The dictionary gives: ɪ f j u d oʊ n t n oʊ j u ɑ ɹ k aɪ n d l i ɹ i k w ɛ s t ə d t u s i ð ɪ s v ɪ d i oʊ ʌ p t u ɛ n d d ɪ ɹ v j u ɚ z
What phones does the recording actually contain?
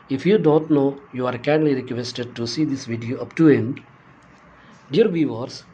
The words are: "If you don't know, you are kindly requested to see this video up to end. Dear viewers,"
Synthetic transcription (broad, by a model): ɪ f j u d oʊ n t n oʊ j u ɑ ɹ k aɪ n l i ɹ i k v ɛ s t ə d t u s i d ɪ s v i d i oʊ ʌ p t u ɛ n d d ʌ ɹ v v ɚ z